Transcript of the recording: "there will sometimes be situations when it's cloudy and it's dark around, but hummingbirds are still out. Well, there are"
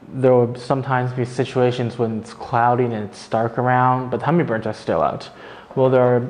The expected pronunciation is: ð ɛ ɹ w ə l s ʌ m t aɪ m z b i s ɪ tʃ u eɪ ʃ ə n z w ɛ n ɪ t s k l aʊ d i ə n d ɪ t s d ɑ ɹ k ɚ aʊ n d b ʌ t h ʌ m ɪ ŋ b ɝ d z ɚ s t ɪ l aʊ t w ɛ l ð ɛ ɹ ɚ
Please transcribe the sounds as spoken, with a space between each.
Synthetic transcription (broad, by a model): ð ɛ ɹ w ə s ʌ m t aɪ m z b i s ɪ tʃ u eɪ ʃ ə n z w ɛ n ɪ t s k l aʊ d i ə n ɪ t s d ɑ ɹ k ɚ aʊ n d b ʌ t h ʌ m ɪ b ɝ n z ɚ s t ɪ l aʊ t w ɛ l ð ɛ ɹ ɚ